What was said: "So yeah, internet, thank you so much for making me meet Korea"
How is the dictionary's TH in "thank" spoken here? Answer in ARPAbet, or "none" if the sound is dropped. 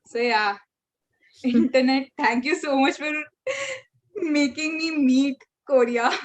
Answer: T